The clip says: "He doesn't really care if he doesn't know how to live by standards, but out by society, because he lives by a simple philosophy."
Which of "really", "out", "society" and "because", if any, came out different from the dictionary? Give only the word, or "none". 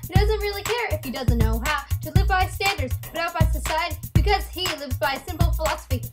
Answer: none